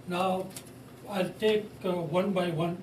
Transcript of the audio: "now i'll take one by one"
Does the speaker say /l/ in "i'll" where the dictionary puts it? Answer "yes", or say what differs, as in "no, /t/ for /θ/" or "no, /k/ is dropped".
yes